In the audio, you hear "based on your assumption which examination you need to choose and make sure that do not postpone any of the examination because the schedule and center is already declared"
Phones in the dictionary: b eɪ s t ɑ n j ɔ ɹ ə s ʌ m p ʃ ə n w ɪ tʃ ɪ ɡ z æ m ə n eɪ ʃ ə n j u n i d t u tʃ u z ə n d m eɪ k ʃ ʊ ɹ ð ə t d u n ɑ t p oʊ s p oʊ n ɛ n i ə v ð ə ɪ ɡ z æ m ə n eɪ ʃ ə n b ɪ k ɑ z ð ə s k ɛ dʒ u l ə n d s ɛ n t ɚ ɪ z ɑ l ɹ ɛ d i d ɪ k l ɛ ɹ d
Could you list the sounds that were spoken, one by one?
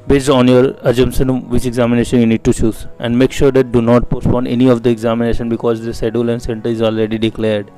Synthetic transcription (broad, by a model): b eɪ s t ɑ n j ɔ ɹ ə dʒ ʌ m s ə n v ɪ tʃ ɪ ɡ z æ m ə n eɪ ʃ ə n j u n i d t u tʃ u z ə n d m eɪ k ʃ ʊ ɹ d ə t d u n ɑ t p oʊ s p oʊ n ɛ n i ə v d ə ɪ ɡ z æ m ə n eɪ ʃ ə n b ɪ k ɑ z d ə s ɛ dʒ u l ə n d s ɛ n t ɚ ɪ z ɑ l ɹ ɛ d i d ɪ k l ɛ ɹ d